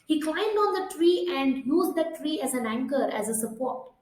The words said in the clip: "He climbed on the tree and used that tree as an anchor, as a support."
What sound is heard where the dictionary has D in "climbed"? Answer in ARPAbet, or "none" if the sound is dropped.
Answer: D